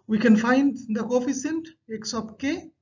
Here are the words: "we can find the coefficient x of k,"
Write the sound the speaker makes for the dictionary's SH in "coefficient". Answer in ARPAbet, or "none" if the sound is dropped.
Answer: S